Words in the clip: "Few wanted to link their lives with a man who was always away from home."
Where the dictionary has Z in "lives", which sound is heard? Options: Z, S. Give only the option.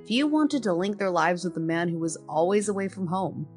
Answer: Z